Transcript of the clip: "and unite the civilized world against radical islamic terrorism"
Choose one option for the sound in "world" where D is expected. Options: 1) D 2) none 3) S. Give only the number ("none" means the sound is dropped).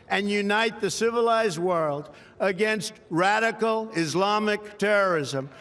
1